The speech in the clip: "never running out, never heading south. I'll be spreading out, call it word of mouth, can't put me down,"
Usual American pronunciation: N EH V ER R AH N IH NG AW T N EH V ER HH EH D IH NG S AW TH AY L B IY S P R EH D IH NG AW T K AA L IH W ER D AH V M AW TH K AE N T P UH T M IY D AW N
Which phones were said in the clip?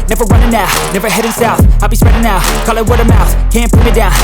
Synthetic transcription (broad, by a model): N EH V ER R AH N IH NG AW N EH V ER HH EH D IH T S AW F AY L B IY S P R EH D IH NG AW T K AA L IH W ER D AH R M AW TH K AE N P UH M IY D AW N